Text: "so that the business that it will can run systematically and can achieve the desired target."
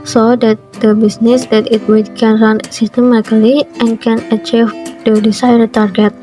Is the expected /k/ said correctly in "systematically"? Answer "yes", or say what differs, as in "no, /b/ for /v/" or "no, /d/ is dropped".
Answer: no, /k/ is dropped